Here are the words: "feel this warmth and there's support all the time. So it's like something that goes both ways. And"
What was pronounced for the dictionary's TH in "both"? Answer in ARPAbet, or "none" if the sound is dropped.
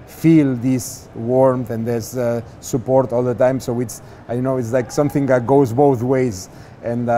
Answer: TH